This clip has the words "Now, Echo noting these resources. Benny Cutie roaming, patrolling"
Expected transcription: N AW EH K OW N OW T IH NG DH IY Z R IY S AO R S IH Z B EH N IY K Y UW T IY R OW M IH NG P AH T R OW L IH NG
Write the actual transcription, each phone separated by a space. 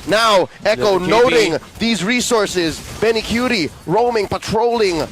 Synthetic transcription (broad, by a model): N AW EH K OW N OW T IH NG DH IY Z R IY S AO R S IH Z B EH N IY K Y UW T IY R OW M IH NG P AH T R OW L IH NG